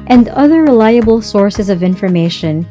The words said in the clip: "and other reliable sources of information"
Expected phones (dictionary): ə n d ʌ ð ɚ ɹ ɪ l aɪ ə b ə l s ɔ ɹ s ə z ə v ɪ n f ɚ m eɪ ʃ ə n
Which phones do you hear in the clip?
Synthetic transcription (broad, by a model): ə n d ʌ ð ɚ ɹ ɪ l aɪ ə b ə l s ɔ ɹ s ə z ə v ɪ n f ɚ m eɪ ʃ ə n